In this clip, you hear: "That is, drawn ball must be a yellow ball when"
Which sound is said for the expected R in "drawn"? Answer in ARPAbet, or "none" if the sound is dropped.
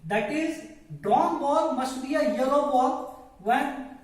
none